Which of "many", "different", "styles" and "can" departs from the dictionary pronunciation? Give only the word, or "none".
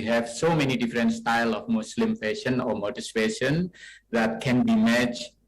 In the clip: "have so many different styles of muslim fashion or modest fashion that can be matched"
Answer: styles